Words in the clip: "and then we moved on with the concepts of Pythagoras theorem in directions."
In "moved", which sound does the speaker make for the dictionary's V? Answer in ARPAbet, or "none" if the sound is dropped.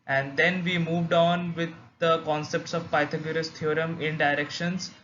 V